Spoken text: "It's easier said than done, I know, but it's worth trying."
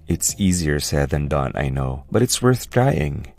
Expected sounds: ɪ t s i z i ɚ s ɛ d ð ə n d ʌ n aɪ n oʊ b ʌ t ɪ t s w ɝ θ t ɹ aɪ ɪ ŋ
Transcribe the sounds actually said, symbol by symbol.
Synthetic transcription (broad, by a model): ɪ t s i z i ɚ s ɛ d ð ə n d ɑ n aɪ n oʊ b ʌ t ɪ t s w ɝ θ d ɹ aɪ ɪ ŋ